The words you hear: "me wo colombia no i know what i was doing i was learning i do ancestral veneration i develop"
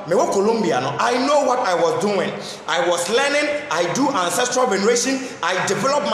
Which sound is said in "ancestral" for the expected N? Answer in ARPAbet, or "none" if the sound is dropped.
N